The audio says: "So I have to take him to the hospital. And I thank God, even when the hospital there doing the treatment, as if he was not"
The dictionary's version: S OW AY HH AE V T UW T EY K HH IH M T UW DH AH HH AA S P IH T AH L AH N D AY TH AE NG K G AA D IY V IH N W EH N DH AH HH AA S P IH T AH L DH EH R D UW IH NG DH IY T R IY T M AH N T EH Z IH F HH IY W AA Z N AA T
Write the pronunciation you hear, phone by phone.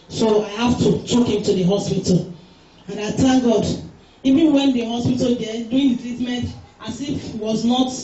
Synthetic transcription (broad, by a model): S OW AY HH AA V T UW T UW K HH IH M T UW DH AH HH AA S P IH T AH L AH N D AY T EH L G AA D IY V IH N W EH N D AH HH AA S P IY T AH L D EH D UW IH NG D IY T R IY T M AH N T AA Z IH F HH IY W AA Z N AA T